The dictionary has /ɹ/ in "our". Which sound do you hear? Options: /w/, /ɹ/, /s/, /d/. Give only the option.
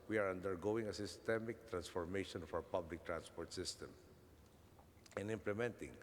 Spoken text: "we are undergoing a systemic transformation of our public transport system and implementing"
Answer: /w/